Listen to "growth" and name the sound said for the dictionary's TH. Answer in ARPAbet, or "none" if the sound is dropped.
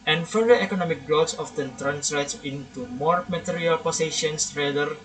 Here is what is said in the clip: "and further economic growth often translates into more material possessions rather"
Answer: S